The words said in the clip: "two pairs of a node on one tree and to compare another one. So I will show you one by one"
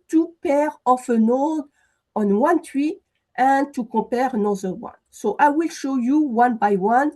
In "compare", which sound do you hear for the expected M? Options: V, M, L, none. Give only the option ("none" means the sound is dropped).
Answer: none